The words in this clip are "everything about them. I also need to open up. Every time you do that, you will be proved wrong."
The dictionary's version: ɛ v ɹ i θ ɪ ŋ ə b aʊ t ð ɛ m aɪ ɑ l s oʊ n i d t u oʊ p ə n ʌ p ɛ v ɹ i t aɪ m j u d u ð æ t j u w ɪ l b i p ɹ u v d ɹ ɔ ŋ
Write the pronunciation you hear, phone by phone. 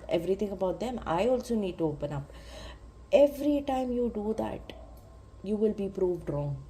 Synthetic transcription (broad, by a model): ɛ v ɹ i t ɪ ŋ ə b aʊ t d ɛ m aɪ ɑ l s oʊ n i d t u oʊ p ə n ʌ p ɛ v ɹ i t aɪ m j u d u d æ t j u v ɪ l b i p ɹ u v d ɹ ɔ ŋ